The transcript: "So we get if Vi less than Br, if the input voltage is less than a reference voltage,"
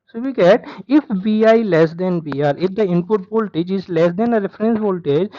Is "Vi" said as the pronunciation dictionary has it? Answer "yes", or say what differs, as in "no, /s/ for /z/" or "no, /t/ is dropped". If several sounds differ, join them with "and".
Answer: no, /b/ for /v/